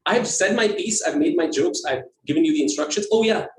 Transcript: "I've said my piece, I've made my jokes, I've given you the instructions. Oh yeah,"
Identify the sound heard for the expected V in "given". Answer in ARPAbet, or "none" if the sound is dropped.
V